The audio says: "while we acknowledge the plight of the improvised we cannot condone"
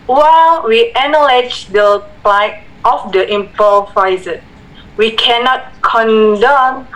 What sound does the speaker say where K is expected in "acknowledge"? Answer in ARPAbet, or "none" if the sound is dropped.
none